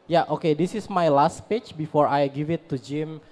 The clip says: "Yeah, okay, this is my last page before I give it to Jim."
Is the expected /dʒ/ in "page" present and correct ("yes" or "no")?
no